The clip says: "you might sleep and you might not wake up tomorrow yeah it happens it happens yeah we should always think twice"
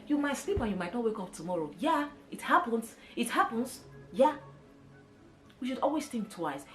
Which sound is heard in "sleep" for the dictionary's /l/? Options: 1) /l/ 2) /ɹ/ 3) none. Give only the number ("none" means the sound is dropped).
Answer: 1